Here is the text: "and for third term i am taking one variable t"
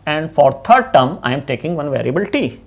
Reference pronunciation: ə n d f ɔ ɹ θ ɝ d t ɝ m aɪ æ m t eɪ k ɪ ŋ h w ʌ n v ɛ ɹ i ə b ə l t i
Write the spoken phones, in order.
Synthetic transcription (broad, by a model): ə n d f ɔ ɹ t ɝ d t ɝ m aɪ m t eɪ k ɪ ŋ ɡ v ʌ n v ɛ ɹ i ə b ə l t i